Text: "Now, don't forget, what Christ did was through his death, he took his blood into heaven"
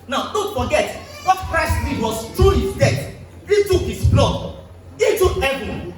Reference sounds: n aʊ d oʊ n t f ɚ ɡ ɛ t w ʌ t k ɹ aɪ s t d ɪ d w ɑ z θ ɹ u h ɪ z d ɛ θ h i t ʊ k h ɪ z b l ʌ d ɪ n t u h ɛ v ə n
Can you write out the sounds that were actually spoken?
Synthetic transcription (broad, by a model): n aʊ d oʊ n t f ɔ ɡ ɛ t w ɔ t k ɹ aɪ s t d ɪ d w ɑ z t ɹ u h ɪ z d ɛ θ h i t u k h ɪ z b l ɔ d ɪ t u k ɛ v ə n